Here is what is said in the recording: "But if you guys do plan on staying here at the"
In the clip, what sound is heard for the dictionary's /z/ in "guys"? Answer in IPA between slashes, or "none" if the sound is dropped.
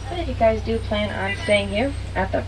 /z/